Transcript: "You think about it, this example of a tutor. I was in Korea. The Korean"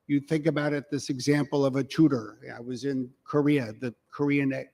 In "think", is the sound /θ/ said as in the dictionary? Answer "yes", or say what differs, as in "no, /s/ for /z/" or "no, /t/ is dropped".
yes